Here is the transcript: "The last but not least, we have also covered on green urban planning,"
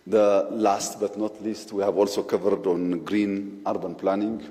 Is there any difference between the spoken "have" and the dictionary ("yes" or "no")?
no